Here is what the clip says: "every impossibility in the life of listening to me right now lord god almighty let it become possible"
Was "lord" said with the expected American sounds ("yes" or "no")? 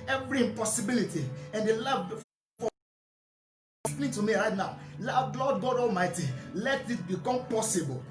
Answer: no